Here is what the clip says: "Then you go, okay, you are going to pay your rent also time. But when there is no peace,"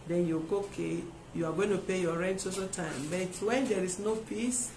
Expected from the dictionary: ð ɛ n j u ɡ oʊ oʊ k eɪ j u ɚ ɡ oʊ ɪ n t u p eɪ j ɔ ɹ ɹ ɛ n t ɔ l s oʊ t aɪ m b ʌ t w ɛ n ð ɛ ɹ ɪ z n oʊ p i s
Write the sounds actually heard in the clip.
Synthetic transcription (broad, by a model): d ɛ n j u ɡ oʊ oʊ k eɪ j u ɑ ɡ oʊ ɪ n t u p eɪ j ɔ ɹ ɹ ɛ n t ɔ s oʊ t aɪ m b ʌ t w ɛ n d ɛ ɹ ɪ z n oʊ p i s